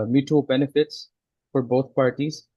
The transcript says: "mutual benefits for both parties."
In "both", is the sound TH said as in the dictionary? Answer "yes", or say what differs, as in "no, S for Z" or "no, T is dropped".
no, T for TH